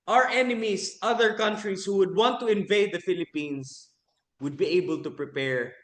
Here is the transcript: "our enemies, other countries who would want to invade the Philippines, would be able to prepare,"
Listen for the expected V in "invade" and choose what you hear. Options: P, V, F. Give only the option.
V